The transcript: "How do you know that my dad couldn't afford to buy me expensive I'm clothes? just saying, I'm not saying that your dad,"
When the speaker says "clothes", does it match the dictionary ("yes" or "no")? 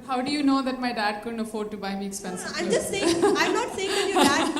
no